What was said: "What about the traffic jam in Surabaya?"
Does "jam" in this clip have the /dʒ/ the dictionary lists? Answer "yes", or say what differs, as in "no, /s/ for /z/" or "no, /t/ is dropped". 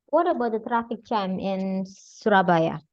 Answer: no, /tʃ/ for /dʒ/